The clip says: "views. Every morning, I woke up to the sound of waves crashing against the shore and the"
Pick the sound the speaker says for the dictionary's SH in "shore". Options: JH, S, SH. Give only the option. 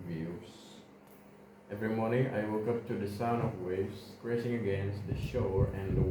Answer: SH